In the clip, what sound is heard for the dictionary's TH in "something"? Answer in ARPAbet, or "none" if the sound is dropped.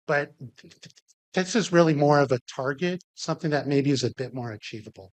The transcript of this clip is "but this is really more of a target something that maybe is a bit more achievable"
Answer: TH